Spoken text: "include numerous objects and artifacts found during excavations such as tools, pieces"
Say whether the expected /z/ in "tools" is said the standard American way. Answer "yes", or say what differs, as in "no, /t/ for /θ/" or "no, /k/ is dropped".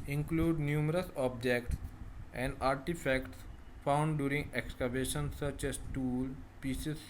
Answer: no, /z/ is dropped